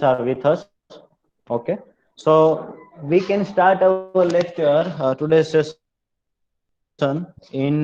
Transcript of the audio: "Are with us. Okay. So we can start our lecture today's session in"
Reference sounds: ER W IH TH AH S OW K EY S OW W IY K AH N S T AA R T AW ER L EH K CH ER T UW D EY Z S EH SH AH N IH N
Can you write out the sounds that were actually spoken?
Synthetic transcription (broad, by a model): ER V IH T AH S OW K EY S OW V IY K AH N S T AA R T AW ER L EH K CH ER T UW D EY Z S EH S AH N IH N